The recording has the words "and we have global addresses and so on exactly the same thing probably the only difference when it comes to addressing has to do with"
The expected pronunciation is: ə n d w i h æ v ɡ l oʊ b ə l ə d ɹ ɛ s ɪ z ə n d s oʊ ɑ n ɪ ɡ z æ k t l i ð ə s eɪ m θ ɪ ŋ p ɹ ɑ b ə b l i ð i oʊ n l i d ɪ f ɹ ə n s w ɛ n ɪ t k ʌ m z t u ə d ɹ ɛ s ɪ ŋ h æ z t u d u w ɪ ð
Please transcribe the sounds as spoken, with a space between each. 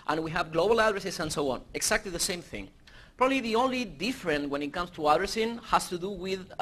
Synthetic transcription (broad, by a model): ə n w i h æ v ɡ l oʊ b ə l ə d ɹ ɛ s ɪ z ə n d s oʊ ɑ n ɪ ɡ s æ k t l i ð ə s eɪ m θ ɪ ŋ p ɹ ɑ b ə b l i ð i oʊ n l i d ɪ f ɹ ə n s w ɛ n ɪ t k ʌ m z t u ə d ɹ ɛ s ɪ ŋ h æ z t u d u w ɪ ð